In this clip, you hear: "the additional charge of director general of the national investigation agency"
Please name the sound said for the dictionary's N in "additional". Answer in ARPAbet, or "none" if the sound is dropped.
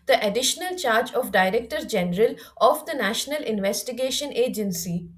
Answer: N